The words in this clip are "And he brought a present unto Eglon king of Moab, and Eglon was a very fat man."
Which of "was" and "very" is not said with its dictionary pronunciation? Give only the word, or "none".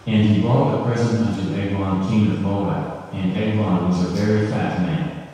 none